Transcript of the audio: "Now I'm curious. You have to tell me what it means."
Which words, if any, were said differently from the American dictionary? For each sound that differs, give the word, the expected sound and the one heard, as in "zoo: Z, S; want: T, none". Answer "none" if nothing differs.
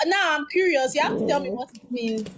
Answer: have: V, F